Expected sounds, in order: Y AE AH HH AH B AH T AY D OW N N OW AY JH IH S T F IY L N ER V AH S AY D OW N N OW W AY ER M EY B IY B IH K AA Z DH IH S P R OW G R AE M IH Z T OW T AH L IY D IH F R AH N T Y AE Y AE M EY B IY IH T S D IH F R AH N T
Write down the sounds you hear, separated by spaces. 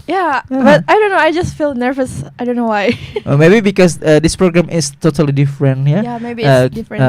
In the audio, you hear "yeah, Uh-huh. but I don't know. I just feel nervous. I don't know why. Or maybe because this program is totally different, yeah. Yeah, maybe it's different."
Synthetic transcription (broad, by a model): Y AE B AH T AY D OW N N OW AY JH IH S T F IY L N ER V AH S AY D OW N N OW W AY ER M EY B IY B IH K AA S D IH S P R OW G R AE M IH S T OW T AH L IY D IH F R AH N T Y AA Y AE M EY B IY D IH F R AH